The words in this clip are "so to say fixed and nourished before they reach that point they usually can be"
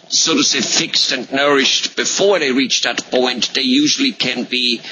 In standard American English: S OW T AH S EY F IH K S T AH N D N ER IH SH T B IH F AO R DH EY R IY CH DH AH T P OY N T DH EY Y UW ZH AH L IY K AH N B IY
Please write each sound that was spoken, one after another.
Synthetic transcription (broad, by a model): S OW T AH S EY F IH K S T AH N N ER IH SH T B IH F AO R DH EY R IY CH DH AH T P OY N T DH EY Y UW ZH AH L IY K AH N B IY